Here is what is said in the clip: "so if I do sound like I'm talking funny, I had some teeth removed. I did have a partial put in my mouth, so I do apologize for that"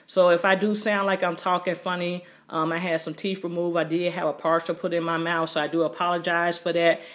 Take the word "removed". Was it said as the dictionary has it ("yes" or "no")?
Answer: no